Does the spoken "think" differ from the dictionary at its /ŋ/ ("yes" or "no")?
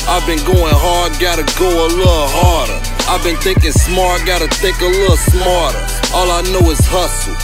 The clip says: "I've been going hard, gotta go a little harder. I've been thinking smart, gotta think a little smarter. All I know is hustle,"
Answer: yes